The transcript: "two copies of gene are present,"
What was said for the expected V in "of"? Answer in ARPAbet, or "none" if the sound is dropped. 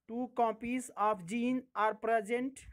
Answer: P